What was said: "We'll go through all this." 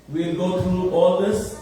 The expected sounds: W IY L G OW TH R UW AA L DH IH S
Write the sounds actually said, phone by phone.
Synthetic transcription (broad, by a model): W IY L G OW T R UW AA L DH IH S